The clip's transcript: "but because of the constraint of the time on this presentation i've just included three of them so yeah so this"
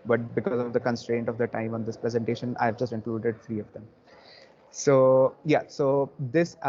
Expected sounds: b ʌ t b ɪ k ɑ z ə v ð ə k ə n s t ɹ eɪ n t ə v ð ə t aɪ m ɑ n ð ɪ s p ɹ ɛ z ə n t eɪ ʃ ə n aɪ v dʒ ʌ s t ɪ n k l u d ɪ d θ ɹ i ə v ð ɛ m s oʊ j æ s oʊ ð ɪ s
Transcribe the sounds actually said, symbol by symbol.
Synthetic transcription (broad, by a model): b ʌ t b ɪ k ɑ z ə v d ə k ə n s t ɹ eɪ n t ə v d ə t aɪ m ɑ n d ɪ s p ɹ ɛ z ə n t eɪ ʃ ə n aɪ v dʒ ʌ s t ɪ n k l u d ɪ d t ɹ i ə v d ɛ m s oʊ j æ s oʊ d ɪ s